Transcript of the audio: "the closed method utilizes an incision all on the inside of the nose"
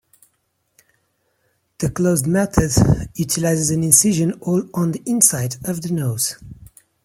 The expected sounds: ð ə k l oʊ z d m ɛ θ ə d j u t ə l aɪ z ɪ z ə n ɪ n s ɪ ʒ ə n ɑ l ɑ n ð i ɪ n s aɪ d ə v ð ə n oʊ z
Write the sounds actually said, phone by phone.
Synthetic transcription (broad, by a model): ð ə k l oʊ z d m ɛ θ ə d j u t ə l aɪ z ɪ z ə n ɪ n s ɪ ʒ ə n ɑ l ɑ n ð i ɪ n s aɪ d ə v ð ə n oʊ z